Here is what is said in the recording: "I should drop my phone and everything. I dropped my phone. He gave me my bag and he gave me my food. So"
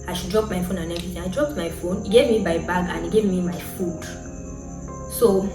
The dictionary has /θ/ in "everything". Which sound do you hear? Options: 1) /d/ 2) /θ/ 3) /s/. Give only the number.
3